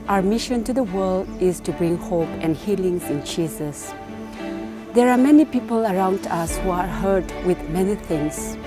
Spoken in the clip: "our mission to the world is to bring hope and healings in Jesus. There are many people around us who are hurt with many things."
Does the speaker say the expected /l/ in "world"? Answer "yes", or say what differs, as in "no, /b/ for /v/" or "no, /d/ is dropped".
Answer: yes